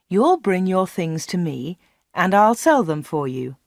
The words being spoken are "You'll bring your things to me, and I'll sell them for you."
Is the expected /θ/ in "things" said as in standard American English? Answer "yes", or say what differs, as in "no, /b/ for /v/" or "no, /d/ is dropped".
yes